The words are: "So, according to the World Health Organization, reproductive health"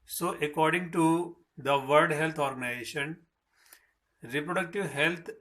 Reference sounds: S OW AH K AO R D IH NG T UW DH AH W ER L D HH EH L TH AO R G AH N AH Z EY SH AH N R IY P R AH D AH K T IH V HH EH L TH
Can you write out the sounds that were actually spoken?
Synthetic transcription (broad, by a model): S OW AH K AO R D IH NG T UW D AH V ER D HH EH L T AO R G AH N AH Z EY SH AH N R IY P R AH D AH K T IH V HH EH L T